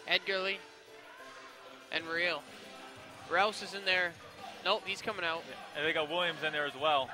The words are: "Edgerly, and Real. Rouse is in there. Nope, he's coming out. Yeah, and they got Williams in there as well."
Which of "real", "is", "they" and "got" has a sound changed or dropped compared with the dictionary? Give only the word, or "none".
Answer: none